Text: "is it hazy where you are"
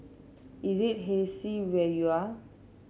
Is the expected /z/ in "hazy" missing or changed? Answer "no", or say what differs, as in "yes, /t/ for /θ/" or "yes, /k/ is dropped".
yes, /s/ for /z/